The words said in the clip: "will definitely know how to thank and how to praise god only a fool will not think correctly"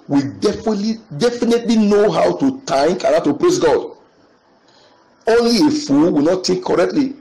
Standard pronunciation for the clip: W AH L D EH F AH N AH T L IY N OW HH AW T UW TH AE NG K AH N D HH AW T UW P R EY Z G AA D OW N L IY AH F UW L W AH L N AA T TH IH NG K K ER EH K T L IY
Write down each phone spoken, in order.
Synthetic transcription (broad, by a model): W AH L D EH F AH N AH T L IY N OW HH AW T UW T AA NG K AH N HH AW T UW P R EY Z G AA D OW N L IY AH F UW L W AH N AA T T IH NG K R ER EH K T L IY